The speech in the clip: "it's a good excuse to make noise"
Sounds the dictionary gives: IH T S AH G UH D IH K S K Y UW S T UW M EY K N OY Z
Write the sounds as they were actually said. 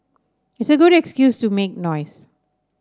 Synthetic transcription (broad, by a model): IH T S AH G UH D IH K S K Y UW S T UW M EY K N OY S